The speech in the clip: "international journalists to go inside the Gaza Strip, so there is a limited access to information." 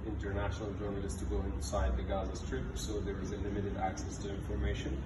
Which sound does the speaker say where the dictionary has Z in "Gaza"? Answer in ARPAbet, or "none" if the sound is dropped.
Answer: Z